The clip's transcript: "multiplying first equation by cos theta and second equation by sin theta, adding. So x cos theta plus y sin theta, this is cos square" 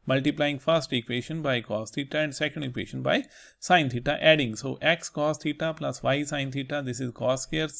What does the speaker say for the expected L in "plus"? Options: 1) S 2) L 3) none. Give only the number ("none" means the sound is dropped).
2